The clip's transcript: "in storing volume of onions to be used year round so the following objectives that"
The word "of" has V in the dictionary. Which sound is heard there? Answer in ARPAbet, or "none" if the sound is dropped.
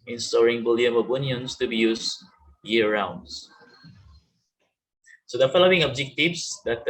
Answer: B